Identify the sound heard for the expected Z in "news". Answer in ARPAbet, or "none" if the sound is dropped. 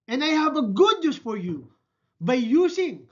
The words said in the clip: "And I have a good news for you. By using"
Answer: S